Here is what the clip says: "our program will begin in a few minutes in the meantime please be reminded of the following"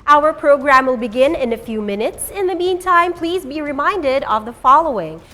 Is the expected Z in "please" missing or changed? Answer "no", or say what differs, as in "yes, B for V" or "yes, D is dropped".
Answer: no